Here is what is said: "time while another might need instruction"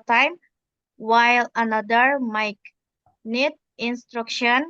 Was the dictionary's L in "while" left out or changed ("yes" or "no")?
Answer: no